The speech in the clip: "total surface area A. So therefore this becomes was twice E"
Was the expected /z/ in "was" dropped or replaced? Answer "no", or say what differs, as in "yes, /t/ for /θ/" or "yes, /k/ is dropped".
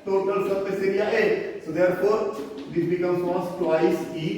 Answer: yes, /s/ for /z/